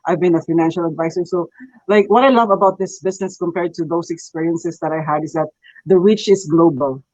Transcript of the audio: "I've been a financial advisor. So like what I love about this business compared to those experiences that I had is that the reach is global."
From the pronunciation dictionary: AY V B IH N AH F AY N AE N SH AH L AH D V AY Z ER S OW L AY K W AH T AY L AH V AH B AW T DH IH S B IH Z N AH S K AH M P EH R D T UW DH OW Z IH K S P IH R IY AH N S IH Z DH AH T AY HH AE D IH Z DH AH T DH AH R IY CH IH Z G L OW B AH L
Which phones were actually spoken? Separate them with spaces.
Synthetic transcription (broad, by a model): AY V B IH N AH F AY N AE N SH AH L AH D V AY S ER S OW L AY K W AH T AY L AH V AH B AW T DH IH S B IH S N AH S K AH M P EH R D T UW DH OW S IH K S P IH R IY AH N S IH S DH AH T AY HH AE D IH S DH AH T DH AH R IY CH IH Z G L OW B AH L